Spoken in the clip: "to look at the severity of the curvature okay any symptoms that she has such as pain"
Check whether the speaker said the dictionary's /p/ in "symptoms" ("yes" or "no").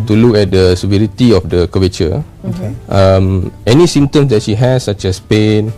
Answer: no